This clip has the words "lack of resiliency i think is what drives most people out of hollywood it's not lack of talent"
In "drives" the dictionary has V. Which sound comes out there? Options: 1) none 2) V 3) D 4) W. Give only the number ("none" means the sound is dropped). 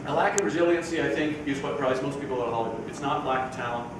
1